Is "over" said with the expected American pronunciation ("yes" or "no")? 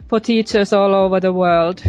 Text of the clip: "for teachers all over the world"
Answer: yes